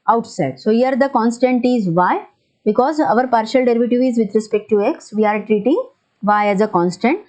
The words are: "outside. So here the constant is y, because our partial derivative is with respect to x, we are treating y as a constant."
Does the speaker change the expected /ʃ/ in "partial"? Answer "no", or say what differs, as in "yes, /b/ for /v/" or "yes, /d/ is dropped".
no